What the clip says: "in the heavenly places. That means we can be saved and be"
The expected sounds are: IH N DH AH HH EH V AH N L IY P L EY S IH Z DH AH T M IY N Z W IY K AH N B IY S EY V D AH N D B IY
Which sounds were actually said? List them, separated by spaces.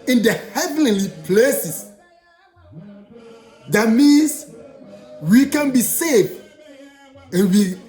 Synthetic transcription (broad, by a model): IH N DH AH HH EH V AH N L IY P L EY S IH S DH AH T M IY N S W IY K AH N B IY S EY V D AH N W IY